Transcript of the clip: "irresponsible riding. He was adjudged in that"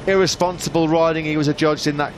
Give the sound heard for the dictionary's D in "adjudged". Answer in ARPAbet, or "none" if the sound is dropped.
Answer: D